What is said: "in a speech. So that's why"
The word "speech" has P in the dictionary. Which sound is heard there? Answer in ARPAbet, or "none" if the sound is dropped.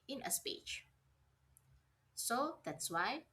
P